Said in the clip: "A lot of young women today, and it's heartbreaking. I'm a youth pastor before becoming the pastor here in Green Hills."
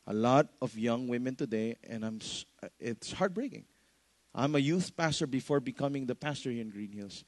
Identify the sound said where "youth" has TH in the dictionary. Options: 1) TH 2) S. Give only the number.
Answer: 1